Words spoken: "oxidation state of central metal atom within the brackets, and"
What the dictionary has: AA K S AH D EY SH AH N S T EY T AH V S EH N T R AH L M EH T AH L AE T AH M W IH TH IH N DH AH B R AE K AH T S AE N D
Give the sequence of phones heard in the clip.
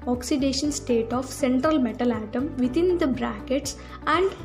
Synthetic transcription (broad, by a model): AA K S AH D EY SH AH N S T EY T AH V S EH N T R AH L M EH T AH L AE T AH M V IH T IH N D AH B R AE K AH T S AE N D